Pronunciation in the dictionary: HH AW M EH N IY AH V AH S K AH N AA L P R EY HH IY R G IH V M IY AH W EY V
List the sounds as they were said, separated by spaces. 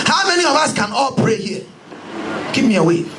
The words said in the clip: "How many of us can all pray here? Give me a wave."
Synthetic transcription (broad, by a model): HH AW M EH N IY AH V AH S K AH N AA L P R EY HH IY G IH P M IY AH W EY